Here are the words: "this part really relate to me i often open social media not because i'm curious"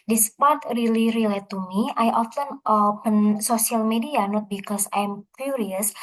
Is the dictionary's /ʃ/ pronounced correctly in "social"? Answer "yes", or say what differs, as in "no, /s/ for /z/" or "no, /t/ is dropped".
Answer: no, /s/ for /ʃ/